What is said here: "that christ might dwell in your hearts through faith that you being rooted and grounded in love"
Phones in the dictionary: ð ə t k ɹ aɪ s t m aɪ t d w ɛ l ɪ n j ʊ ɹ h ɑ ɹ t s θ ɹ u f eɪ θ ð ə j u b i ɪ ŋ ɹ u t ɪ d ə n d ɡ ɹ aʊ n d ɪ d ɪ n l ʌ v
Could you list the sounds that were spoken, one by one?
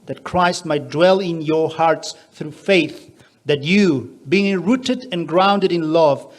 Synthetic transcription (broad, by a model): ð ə t k ɹ aɪ s t m aɪ t d w ɛ l ɪ n j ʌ ɹ h ɑ ɹ t s θ ɹ u f eɪ θ ð ə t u b i ɪ ŋ ɹ u t ɪ d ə n ɡ ɹ aʊ n d ɪ d ɪ n l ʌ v